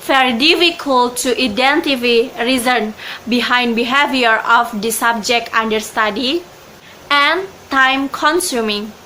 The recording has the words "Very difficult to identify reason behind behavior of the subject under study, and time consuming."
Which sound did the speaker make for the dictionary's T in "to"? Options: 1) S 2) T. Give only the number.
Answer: 2